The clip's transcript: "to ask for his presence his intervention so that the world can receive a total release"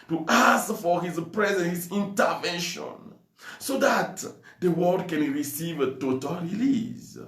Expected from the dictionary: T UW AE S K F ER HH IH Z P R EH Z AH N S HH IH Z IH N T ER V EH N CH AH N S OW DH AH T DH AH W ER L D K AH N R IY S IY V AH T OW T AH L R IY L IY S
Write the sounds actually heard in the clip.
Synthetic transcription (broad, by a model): T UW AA S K F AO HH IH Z P R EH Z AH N HH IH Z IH N T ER V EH N SH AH N S OW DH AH T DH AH W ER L D K AH N R IY S IY V AH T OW T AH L R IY L IY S